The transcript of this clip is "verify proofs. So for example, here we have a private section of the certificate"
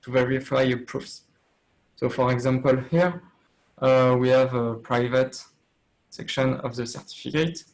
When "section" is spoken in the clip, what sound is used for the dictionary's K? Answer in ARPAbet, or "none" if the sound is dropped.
K